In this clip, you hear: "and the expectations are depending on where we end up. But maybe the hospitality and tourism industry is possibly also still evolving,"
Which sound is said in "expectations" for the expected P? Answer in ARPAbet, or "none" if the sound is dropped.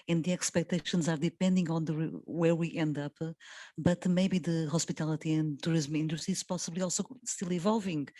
P